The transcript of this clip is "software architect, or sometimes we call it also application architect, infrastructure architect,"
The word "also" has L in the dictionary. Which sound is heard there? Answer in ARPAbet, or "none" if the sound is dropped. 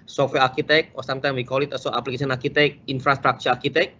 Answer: none